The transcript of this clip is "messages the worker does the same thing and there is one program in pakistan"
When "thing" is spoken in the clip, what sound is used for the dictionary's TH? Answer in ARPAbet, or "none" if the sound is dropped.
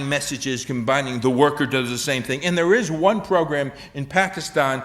TH